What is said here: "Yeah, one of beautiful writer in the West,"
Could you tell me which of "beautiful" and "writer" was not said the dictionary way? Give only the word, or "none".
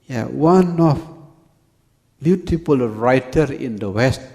beautiful